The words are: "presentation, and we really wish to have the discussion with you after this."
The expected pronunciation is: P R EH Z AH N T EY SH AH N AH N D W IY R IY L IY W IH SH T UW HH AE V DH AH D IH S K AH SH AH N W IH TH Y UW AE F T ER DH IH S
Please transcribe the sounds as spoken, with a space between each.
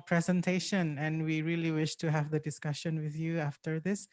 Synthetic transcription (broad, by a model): P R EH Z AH N T EY SH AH N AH N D W IY R IY L IY W IH SH T UW HH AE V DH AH D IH S K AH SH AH N W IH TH Y UW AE F T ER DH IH S